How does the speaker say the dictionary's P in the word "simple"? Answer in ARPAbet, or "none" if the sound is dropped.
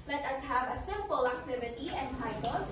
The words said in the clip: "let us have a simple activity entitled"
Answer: P